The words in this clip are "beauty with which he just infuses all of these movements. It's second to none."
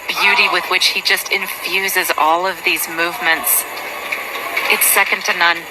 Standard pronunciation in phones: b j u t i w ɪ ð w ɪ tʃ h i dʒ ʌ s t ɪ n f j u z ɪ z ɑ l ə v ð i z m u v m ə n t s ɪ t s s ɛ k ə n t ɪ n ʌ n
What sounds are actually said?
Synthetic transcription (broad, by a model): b j u t i w ɪ ð w ɪ tʃ h i dʒ ʌ s t ɪ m f j u z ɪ z ɑ l ə v ð i z m u v m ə n t s ɪ t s s ɛ k ə n t ɪ n ʌ n